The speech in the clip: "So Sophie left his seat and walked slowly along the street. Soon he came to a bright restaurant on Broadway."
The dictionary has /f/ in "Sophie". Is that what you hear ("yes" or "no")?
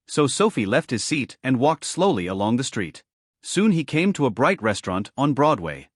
yes